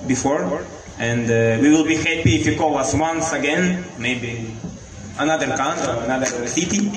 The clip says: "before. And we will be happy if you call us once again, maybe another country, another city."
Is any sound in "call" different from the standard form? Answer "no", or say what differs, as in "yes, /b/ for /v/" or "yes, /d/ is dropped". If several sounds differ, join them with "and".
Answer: yes, /w/ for /l/